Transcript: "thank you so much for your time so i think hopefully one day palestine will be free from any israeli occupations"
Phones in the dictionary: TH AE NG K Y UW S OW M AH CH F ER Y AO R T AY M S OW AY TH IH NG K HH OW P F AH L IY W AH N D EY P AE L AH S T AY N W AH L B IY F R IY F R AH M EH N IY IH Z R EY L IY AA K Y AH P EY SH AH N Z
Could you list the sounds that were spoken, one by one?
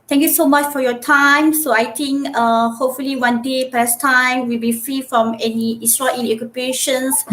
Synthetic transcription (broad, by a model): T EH NG K Y UW S OW M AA CH F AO Y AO T AY M S OW AY T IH NG K HH OW P F AH L IY W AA N D EY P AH S T AY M W AH L B IY F R IY F R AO M EH N IY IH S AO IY N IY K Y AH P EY SH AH N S